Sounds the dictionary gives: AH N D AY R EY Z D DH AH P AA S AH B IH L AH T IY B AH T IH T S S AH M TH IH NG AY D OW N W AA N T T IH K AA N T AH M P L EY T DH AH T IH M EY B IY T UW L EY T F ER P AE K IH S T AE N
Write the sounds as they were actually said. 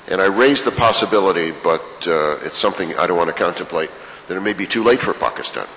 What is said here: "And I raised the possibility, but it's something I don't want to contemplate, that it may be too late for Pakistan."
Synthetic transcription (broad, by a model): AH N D AY R EY Z DH AH P AA S AH B IH L AH T IY B AH T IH T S S AH M TH IH NG AY D OW N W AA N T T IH K AA N T AH M P L EY T DH AH T IH M EY B IY T UW L EY T F ER P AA K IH S T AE N